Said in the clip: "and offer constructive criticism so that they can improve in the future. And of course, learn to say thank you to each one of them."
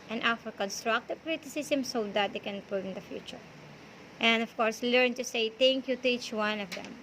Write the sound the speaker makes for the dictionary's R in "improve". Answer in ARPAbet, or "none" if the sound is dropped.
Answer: none